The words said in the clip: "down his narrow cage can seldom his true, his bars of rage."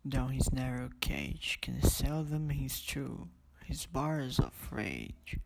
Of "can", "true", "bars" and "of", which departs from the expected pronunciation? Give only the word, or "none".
of